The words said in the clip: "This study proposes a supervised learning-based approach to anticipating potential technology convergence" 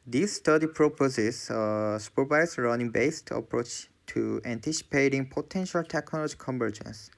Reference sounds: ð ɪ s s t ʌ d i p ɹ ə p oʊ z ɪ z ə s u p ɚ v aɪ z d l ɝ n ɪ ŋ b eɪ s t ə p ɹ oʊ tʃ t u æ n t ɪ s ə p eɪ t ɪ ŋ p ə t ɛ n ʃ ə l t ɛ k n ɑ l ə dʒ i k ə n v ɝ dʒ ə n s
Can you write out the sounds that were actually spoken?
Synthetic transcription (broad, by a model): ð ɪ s s t ʌ d i p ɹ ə p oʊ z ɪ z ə s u p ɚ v aɪ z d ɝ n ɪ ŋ b eɪ s t ə p ɹ oʊ tʃ t u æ n t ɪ s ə p eɪ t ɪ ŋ p ə t ɛ n ʃ ə l t ɛ k n ɑ l ə dʒ i k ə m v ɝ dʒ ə n s